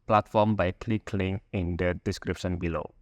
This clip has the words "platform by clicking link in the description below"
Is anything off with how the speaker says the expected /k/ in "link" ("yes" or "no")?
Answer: yes